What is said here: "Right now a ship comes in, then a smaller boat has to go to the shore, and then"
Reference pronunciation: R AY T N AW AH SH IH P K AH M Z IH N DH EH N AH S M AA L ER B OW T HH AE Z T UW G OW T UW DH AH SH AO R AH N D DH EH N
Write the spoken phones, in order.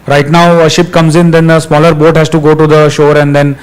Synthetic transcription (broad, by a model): R AY T N AW AH SH IH P K AH M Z IH N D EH N AH S M AA L ER B OW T HH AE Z T UW G OW T UW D AH SH AO R AH N D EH N